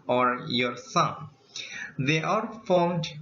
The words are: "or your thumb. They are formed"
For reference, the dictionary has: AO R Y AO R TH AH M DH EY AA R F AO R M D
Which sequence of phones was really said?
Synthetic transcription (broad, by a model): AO R Y AO R S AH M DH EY AA R F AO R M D